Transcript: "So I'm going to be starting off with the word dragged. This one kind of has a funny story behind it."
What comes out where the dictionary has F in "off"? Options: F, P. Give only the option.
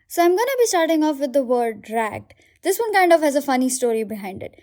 F